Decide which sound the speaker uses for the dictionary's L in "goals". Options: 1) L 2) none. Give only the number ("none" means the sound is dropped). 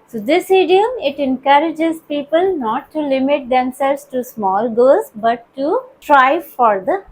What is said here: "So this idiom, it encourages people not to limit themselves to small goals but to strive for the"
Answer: 2